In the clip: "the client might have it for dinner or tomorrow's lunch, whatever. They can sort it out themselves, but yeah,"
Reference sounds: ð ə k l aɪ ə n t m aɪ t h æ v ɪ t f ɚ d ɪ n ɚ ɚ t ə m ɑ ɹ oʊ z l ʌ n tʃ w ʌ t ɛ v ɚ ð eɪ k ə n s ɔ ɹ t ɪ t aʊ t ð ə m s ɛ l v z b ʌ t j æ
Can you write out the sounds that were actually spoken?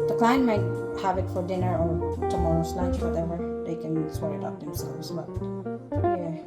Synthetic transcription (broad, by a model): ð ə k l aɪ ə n m aɪ t h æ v ɪ t f ɚ d ɪ n ɚ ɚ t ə m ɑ ɹ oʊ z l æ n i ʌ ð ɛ w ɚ ð eɪ k ə n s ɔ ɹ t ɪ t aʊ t ð ə m s ɛ l v z b ʌ t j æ